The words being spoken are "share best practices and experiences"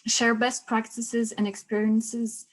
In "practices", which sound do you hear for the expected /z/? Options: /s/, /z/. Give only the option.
/z/